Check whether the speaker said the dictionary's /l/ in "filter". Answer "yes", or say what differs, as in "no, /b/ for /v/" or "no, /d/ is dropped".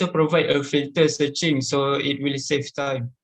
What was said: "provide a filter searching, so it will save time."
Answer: no, /l/ is dropped